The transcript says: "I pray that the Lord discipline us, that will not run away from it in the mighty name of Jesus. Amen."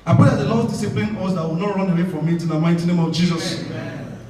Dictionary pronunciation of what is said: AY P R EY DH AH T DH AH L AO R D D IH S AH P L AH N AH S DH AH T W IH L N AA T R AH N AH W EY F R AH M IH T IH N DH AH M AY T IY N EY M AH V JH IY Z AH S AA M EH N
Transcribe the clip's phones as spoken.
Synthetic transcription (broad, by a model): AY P EY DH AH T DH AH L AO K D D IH S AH P L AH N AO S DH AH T W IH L N AA T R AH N AH W EY F R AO M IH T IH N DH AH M AY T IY N EY M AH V JH IY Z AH S